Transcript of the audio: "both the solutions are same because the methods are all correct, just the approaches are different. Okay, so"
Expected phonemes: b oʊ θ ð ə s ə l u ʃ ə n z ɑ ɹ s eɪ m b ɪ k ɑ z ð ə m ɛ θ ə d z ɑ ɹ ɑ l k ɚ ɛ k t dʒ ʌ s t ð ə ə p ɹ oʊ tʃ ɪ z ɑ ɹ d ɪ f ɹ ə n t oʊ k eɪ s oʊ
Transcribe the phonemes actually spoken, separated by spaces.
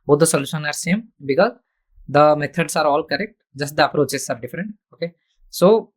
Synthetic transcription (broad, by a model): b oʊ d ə s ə l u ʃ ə n ɑ ɹ s eɪ m b ɪ k ɑ z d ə m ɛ t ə d s ɑ ɹ ɑ l k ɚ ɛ k t dʒ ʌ s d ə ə p ɹ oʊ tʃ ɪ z ɑ ɹ d ɪ f ɹ ə n t oʊ k eɪ s oʊ